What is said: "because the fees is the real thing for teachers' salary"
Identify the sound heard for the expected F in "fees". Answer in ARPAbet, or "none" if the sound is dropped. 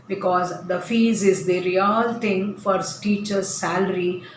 F